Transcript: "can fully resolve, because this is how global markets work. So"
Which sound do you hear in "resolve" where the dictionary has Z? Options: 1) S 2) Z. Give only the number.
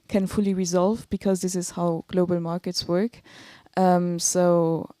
2